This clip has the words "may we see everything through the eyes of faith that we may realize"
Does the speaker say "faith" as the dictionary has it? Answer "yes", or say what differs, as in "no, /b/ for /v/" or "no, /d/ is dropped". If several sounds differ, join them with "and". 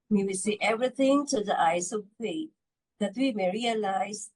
no, /t/ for /θ/